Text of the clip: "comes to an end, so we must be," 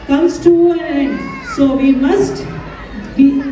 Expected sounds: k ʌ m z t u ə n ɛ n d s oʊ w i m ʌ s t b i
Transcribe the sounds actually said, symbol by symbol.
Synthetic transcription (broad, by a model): k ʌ m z t u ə l ɛ n d s oʊ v i m ʌ s t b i